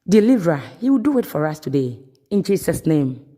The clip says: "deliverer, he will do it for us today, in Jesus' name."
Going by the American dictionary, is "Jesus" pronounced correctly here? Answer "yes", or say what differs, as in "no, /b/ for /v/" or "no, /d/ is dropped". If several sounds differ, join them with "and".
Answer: no, /s/ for /z/